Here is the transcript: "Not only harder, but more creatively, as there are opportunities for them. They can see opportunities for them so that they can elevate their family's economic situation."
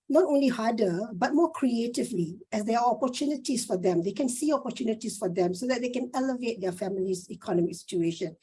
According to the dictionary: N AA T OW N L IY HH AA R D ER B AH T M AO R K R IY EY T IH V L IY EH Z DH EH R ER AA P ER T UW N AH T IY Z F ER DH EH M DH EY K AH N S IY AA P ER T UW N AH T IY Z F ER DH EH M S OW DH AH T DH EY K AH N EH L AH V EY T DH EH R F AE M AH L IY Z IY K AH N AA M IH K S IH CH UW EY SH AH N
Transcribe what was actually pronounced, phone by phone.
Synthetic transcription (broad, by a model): N AA T OW N L IY HH AA D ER B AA T M AO K R IY EY T IH V L IY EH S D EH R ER AA P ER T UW N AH T IY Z F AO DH EH M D EY K AH N S IY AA P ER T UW N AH T IY S F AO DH EH M S OW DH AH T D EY K AH N EH L AH V EY T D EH F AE M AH L IY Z IY K AH N AA M IH K S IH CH UW EY SH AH N